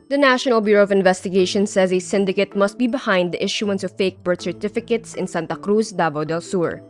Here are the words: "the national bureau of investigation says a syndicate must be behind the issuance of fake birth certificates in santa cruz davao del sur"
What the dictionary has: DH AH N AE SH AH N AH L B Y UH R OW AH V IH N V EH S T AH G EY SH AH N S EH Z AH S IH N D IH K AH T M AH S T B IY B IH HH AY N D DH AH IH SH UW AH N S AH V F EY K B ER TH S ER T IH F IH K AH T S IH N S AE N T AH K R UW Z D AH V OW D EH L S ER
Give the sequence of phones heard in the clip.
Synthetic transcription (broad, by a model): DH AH N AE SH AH N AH L B Y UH R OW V IH N V EH S T AH G EY SH AH N S EH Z AH S IH N D IH K AH T M AH S T B IY B IH HH AY N D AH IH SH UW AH N S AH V F EY K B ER T S ER T IH F IH K AH T S IH N S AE N T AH K R UW S D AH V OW D EH L S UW